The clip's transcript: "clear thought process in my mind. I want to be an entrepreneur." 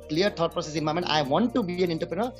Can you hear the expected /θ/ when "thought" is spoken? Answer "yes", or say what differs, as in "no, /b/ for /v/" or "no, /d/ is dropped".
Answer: no, /t/ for /θ/